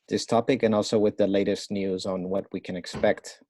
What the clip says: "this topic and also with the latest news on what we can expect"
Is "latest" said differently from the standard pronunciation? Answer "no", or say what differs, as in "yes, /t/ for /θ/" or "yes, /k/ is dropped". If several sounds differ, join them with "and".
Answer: no